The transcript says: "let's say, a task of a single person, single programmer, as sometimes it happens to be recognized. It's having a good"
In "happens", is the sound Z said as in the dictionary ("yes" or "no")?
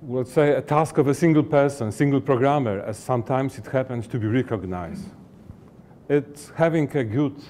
no